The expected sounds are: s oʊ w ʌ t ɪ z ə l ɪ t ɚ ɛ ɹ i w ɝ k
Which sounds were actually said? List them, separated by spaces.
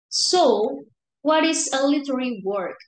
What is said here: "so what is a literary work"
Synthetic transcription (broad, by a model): s oʊ w ʌ t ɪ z ə l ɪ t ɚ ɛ w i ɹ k